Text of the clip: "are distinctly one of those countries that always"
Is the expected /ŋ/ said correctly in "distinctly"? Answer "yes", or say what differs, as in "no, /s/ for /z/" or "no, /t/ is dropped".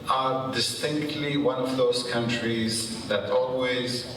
yes